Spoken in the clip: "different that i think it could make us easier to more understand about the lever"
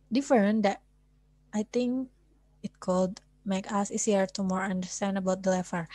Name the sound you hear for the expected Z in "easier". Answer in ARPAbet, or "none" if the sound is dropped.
S